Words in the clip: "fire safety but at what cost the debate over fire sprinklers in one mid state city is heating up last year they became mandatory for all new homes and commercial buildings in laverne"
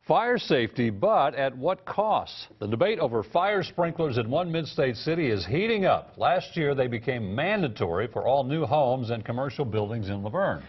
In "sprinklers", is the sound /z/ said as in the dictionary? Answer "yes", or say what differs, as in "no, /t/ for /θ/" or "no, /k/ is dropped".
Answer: yes